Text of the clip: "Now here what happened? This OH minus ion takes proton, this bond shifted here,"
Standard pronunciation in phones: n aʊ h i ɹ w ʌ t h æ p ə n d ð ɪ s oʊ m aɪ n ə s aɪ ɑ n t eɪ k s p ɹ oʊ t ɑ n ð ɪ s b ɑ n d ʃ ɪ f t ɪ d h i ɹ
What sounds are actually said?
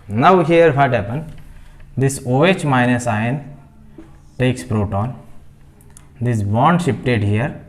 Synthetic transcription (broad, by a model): n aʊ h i ɹ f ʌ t h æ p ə n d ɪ s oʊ m aɪ n ə s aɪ n t eɪ k s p ɹ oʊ t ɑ n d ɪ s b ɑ n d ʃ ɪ p t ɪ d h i ɹ